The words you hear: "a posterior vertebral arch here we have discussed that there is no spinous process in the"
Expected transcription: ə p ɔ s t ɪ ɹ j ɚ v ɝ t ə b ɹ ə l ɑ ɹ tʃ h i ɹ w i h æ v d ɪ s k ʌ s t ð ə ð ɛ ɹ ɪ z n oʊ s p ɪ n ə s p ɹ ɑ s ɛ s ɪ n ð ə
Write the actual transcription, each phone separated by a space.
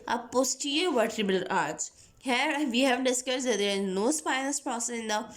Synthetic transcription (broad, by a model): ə p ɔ s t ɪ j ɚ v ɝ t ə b ə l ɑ ɹ s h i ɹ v i h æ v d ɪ s k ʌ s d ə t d ɪ z n oʊ s p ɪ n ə s p ɹ ɑ s ɛ s ɪ n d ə